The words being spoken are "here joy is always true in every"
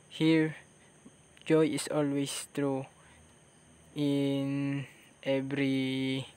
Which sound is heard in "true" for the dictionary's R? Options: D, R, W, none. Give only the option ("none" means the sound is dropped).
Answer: R